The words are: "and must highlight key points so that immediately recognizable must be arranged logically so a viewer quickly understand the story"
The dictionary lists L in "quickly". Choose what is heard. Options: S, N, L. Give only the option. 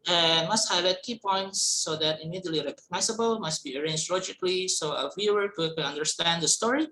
N